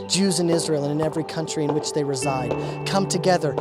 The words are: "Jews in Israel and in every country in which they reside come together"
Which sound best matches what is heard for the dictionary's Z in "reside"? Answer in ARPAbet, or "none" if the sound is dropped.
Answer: Z